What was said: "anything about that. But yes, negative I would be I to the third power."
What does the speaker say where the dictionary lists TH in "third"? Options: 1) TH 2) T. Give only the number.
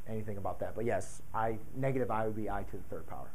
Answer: 1